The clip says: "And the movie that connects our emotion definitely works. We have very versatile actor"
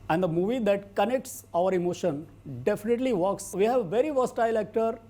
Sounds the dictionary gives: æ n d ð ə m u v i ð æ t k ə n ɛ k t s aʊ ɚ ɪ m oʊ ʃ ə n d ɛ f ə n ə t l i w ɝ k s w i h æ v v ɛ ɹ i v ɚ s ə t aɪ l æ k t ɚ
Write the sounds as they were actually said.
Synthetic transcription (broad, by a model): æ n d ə m u v i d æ t k ə n ɛ k t s aʊ ɚ ɪ m oʊ ʃ ə n d ɛ f ə n ə t l i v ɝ k s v i h æ v v ɛ ɹ i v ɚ s t aɪ l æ k t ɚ